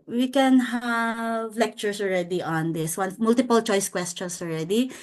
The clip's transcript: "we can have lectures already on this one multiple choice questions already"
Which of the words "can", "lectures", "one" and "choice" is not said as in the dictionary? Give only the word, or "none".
lectures